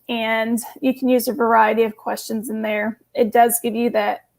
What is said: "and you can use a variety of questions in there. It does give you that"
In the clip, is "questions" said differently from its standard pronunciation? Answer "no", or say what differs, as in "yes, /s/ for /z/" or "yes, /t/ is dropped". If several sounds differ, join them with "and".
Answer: no